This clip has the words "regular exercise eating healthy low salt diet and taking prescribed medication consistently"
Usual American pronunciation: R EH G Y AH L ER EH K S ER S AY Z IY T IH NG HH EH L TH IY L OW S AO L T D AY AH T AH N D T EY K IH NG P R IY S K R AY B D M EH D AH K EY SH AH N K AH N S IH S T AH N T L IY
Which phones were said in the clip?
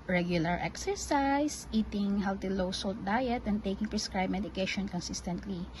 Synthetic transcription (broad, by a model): R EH G Y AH L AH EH K S ER S AY S IY T IH NG HH EH L T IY L OW S AO L T D AY AH T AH N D T EY K IH NG P R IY S K R AY B M EH D AH K EY SH AH N K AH N S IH S T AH N T L IY